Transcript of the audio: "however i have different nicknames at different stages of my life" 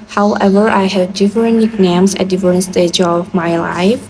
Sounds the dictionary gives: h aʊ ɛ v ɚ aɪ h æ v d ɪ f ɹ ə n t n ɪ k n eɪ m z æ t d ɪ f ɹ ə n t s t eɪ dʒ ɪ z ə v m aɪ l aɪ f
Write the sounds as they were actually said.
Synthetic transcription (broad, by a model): h aʊ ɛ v ɚ aɪ h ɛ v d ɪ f ɹ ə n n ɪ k n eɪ m s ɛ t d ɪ f ɹ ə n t s t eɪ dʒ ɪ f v m aɪ l aɪ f